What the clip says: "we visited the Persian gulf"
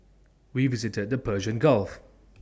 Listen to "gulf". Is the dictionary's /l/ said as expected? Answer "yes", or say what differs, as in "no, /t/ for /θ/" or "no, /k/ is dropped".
yes